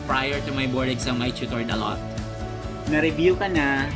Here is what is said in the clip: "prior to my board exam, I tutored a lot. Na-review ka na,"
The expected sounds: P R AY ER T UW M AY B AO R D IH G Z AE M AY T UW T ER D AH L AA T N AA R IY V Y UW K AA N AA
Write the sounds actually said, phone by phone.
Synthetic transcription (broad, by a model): P R AY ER T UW M AY B AO R D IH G S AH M AY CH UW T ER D AH L AA T N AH R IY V Y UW K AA N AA